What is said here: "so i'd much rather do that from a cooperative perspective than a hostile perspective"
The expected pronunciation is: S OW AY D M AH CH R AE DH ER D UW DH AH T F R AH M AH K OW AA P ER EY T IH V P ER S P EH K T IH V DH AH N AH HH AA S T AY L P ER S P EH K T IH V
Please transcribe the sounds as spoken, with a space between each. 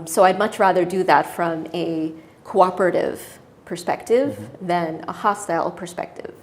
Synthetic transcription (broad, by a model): S OW AY D M AH CH R AE DH ER D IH DH AH T F R AH M AH K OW AA P ER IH T IH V P ER S P EH K T IH V DH AH N AH HH AA S T AY L P ER S P EH K T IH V